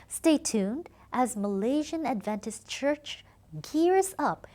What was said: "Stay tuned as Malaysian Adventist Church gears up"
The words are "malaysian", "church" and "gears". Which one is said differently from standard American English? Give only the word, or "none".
none